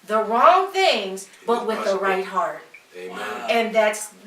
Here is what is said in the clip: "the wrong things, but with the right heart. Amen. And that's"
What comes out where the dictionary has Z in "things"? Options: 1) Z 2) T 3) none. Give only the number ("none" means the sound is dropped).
1